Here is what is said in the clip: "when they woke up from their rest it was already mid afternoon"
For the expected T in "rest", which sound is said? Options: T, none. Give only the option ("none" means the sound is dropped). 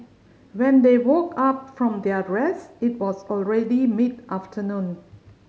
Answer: none